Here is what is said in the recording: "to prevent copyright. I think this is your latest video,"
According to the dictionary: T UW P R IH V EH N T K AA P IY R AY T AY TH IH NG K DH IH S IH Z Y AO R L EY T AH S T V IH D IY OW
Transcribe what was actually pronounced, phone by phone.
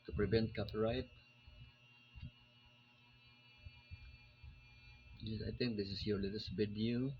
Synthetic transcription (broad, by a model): T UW P R IH V EH N T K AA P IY R AY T AY T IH NG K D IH S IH S Y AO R L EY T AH S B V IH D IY